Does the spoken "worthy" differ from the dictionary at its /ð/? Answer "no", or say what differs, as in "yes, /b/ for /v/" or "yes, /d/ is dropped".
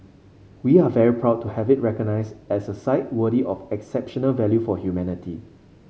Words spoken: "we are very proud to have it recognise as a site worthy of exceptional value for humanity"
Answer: yes, /ð/ is dropped